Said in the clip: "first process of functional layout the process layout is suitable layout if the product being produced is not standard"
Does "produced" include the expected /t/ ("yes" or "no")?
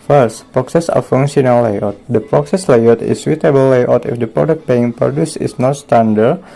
no